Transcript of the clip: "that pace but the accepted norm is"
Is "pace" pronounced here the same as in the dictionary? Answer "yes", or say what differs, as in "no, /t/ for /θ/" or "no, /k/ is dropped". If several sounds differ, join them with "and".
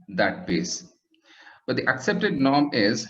no, /b/ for /p/